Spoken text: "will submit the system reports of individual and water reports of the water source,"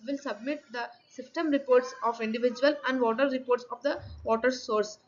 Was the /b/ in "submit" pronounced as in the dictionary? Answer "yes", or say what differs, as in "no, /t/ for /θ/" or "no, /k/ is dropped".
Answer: yes